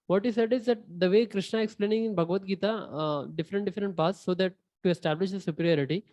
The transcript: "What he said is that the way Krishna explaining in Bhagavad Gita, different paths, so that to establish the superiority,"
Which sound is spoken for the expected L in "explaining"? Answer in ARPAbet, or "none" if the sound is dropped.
L